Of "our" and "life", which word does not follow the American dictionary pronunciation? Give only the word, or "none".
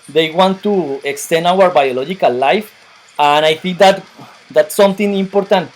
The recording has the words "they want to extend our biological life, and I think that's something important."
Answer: none